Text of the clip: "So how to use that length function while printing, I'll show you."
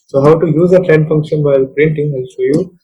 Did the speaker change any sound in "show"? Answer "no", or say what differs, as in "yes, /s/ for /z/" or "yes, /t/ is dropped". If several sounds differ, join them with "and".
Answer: yes, /s/ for /ʃ/